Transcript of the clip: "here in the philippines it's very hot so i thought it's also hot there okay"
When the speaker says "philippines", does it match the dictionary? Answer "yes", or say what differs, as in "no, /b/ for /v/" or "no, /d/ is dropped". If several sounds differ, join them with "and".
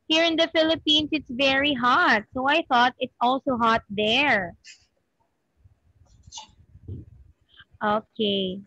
no, /s/ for /z/